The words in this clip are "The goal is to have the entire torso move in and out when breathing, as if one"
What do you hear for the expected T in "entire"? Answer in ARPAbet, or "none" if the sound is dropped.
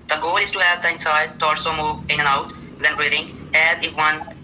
S